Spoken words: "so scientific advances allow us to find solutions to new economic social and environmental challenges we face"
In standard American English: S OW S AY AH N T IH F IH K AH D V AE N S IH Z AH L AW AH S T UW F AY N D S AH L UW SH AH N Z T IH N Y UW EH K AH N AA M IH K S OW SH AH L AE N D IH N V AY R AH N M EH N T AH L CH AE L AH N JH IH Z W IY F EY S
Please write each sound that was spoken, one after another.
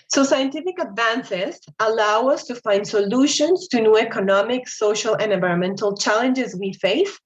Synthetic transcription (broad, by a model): S OW S AY AH N T IH F IH K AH D V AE N S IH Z AH L AW AH S T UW F AY N D S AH L UW SH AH N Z T IH N Y UW EH K AH N AA M IH K S OW SH AH L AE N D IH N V AY R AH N M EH N T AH L CH AE L AH N JH IH Z W IY F EY S